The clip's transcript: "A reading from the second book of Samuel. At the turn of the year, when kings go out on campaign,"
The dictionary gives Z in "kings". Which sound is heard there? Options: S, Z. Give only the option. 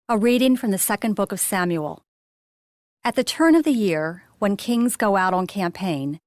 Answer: Z